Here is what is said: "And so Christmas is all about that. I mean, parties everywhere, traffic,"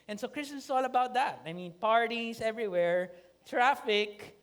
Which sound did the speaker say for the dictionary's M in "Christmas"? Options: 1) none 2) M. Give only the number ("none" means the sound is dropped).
1